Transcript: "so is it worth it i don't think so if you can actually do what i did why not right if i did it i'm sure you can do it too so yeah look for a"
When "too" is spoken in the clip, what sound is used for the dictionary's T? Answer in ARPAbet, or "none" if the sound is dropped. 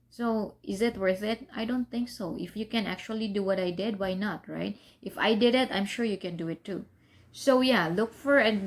T